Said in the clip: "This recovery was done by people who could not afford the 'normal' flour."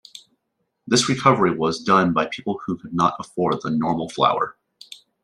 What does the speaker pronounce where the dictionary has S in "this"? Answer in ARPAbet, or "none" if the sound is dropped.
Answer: S